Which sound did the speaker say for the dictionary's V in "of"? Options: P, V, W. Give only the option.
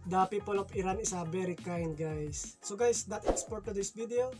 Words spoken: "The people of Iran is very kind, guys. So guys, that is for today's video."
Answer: P